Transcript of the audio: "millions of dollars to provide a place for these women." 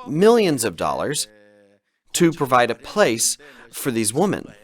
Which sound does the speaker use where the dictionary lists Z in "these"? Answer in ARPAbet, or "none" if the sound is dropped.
Z